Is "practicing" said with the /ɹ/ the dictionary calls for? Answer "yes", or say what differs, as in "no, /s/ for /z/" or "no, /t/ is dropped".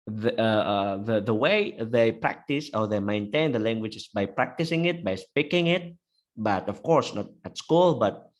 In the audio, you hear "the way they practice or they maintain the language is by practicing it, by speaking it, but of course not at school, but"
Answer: yes